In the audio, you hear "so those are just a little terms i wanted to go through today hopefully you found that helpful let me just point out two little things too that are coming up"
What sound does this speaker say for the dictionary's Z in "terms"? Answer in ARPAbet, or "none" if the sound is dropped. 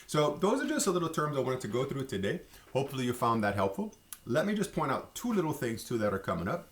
Z